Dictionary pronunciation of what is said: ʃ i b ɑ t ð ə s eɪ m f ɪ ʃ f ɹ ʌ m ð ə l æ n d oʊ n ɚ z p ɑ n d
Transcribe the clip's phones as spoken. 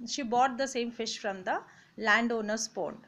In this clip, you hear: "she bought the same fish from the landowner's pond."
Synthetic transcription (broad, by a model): ʃ i b ɑ t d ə s eɪ m f ɪ ʃ f ɹ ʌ m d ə l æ n d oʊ n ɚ s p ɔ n